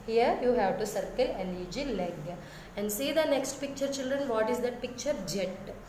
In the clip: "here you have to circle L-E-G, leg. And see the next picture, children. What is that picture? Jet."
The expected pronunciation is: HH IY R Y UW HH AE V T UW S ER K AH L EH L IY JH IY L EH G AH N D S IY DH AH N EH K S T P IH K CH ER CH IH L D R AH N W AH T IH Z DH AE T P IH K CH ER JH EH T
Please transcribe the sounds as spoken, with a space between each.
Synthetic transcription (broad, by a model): HH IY R Y UW HH AE V T UW S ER K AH L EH N IY JH IY L EH G AH N D S IY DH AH N EH K S T P IH K CH ER CH IH L D R AH N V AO T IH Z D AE T P IH K CH ER JH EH T